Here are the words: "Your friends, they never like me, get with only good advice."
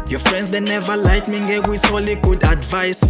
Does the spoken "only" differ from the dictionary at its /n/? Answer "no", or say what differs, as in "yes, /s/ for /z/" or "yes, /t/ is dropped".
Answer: yes, /n/ is dropped